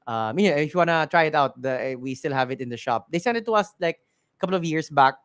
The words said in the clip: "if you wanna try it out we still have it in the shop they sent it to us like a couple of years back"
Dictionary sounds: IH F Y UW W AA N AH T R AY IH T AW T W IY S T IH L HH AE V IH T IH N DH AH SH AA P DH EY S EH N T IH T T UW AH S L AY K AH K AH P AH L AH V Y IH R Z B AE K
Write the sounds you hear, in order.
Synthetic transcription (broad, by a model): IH F Y UW W AA N AH T R AY IH T AW T W IY S T IH L HH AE V IH T IH N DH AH SH AA P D EY S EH N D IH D T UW AH S L AY K AH K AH P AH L AH V Y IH R S B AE K